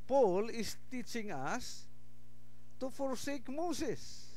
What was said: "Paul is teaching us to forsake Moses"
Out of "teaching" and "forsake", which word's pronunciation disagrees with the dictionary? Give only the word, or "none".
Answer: none